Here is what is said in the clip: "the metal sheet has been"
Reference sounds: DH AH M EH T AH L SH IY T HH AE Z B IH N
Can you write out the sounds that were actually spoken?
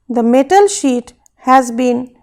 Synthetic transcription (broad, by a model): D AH M EH T AH L SH IY T HH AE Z B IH N